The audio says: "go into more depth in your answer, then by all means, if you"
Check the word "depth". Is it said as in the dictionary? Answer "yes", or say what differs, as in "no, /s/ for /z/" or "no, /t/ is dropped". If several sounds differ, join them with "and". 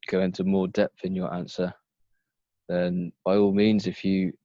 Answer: yes